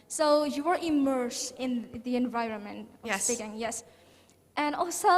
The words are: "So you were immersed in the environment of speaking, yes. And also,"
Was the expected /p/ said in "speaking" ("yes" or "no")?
no